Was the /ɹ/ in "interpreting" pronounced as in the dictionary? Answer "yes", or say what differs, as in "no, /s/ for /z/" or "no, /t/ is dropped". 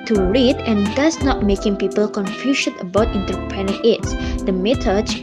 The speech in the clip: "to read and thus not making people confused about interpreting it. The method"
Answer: no, /ɹ/ is dropped